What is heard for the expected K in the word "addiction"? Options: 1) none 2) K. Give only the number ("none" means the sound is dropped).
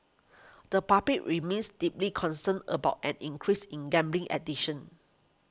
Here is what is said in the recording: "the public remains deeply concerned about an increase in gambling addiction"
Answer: 1